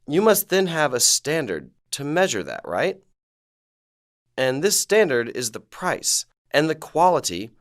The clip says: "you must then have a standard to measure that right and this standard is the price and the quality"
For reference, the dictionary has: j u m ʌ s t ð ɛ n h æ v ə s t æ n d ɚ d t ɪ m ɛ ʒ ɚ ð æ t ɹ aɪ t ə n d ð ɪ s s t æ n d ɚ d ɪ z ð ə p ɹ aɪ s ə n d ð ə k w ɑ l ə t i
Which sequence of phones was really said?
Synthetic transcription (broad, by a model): j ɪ m ʌ s t ð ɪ n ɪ v ə s t æ n d ɚ d t ɪ m ɛ ʒ ɚ ð æ t ɹ aɪ t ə n ð ɪ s s t æ n d ɚ d ɪ z ð ə p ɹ aɪ s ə n ð ə k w ɑ l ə t i